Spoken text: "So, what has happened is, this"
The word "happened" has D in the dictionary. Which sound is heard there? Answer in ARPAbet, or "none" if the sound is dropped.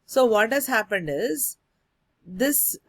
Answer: D